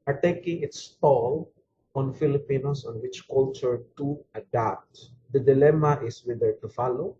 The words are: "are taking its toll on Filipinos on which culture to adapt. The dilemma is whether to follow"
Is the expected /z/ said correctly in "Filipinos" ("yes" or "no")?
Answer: no